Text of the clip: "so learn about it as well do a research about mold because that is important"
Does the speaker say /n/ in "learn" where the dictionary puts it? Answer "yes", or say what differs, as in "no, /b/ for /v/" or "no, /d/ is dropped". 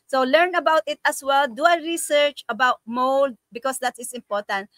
yes